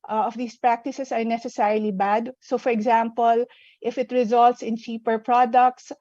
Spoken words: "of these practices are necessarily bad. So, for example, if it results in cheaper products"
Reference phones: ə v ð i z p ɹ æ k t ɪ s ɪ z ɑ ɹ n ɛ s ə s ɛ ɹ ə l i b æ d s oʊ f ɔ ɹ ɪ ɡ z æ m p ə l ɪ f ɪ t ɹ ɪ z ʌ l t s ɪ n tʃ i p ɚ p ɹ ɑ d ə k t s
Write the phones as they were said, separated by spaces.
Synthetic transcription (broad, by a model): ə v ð i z p ɹ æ k t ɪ s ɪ s ɑ ɹ n ɛ s ə s ɛ ɹ ə l i b æ d s oʊ f ɔ ɹ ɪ ɡ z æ m p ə l ɪ f ɪ t ɹ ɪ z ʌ l t s ɪ n tʃ i p ɚ p ɹ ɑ d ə k t s